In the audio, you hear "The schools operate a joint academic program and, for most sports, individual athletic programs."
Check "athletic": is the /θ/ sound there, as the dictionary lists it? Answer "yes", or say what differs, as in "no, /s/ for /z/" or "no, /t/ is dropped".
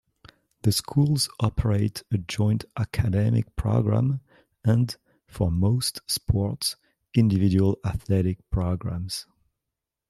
yes